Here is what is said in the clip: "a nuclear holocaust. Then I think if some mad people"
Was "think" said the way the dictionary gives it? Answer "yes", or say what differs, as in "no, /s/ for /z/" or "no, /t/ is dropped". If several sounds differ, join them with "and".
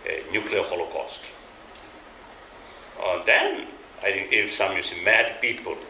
no, /t/ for /θ/